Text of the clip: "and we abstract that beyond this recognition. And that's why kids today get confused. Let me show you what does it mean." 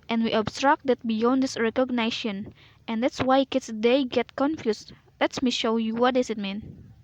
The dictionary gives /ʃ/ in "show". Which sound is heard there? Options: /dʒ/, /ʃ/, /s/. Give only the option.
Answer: /ʃ/